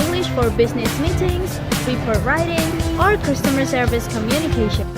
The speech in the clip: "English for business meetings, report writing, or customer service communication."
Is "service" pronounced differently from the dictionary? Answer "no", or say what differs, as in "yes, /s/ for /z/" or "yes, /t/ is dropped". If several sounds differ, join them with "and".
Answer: no